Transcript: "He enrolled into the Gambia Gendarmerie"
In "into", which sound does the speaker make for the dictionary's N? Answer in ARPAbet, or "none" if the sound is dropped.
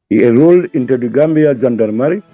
N